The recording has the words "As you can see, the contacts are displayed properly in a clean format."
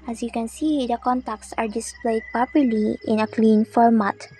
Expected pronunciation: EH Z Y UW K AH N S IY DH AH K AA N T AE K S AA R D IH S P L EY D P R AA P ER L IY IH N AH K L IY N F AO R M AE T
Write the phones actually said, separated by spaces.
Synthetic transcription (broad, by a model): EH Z Y UW K AH N S IY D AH K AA N T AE K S AA R D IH S P L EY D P AA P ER L IY IH N AH K L IY N F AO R M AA T